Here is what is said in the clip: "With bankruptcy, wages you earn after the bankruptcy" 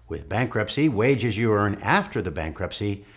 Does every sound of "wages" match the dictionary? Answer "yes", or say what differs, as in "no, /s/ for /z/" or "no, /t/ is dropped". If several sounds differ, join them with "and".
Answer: yes